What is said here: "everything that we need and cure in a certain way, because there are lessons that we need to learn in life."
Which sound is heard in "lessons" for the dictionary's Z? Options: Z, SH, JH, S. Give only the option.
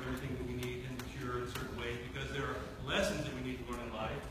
Z